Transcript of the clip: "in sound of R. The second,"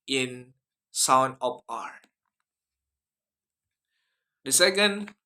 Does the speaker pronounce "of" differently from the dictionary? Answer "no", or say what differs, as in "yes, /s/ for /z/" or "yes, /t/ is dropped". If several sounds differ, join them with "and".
yes, /p/ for /v/